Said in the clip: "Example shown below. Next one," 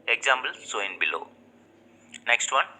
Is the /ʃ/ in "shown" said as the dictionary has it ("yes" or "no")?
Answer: no